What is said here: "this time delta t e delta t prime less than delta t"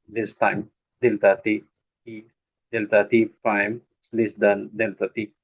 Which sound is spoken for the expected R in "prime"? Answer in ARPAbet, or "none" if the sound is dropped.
none